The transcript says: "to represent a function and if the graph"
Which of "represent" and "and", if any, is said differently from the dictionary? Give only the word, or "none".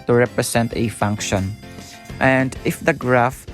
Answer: represent